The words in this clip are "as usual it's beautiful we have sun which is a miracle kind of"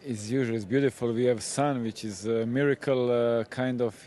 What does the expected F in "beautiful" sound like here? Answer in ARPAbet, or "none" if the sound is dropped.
F